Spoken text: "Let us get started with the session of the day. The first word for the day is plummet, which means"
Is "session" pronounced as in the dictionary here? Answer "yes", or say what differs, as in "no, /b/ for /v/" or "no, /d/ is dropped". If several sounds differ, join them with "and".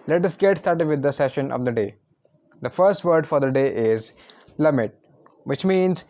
yes